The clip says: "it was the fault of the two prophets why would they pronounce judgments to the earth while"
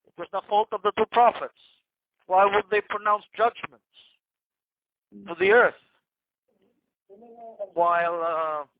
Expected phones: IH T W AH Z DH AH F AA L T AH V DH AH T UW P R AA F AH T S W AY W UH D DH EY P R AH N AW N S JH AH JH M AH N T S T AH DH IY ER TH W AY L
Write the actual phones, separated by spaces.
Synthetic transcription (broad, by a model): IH T W AH Z DH AH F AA L T AH V DH AH T UW P R AA F AH T S W AY W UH D DH EY P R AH N AW N S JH AH JH M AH N T S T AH DH IY ER TH W AY L